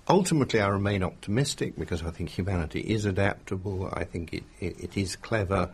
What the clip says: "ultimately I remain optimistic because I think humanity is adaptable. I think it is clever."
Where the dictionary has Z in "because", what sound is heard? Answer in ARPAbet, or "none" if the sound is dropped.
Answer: Z